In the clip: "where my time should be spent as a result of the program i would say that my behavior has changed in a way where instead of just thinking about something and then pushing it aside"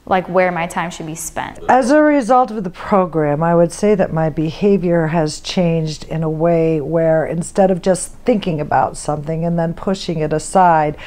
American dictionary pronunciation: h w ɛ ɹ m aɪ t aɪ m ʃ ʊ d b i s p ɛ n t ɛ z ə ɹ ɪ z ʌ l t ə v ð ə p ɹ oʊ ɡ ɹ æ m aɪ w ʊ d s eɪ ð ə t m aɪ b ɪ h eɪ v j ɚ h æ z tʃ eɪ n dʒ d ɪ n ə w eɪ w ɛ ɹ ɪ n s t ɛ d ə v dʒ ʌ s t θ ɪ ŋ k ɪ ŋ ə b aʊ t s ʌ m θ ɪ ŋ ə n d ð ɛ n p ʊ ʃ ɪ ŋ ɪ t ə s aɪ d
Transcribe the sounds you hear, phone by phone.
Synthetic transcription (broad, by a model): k w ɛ ɹ m aɪ t aɪ m ʃ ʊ d b i s p ɛ n t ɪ z ə ɹ ɪ z ʌ l t ə v ð ə p ɹ oʊ ɡ ɹ æ m aɪ w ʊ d s eɪ ð ə t m aɪ b ɪ h eɪ v j ɚ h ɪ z tʃ eɪ n dʒ d ɪ n ə w eɪ w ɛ ɹ ɪ n s t ɛ d ə v dʒ ʌ s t θ ɪ ŋ k ɪ ŋ ə b aʊ t s ʌ m θ ɪ ŋ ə n ð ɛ n p ʊ ʃ ɪ ŋ ɪ t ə s aɪ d